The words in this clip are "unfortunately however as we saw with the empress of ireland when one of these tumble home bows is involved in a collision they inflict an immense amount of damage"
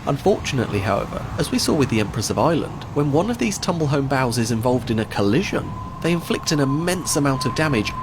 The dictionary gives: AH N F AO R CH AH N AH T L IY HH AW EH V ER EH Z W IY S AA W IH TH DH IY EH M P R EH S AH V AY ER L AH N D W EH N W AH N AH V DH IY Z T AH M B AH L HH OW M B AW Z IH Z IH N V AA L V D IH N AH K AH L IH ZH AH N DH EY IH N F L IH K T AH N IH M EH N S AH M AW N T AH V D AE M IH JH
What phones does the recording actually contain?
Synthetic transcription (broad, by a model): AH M F AO R CH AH N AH T L IY HH AW EH V ER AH Z W IY S AA W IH DH IY EH M P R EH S AH V AY L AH N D W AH N W AH N AH V DH IY Z T AH M B AH L HH OW M B AW Z IH Z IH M V AA L V D IH N AH K AH L IH ZH AH N DH EY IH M F L IH K T AH N IH M EH N S AH M AW N T AH V D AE M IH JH